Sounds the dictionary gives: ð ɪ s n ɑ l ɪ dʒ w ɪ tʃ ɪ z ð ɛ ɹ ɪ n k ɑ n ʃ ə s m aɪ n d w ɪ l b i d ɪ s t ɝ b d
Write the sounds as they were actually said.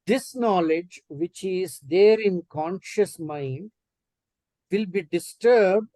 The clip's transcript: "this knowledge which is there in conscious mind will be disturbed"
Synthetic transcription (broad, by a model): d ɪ s n ɑ l ɪ dʒ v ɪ tʃ ɪ z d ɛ ɹ ɪ n k ɑ n ʃ ə s m aɪ n d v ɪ l b i d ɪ s t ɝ b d